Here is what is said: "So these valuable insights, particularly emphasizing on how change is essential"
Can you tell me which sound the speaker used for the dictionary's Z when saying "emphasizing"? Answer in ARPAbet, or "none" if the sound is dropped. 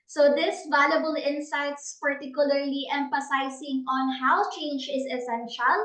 S